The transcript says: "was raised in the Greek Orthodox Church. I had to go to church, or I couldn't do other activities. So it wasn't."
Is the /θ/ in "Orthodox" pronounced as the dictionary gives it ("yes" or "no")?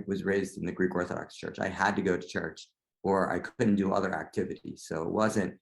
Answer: yes